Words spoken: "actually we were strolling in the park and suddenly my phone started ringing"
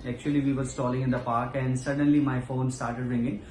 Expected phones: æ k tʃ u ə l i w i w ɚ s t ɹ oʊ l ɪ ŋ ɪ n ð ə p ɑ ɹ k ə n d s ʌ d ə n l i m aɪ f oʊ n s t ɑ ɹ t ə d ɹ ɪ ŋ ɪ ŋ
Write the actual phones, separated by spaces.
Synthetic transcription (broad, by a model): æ k tʃ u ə l i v i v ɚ s t oʊ l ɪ ŋ ɪ n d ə p ɑ ɹ k ə n d s ʌ d ə n l i m aɪ f oʊ n s t ɑ ɹ t ə d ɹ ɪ ŋ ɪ ŋ